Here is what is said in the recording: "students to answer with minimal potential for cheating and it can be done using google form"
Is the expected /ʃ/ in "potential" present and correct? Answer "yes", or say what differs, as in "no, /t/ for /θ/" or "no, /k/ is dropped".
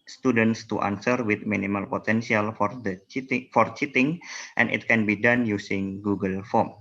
no, /s/ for /ʃ/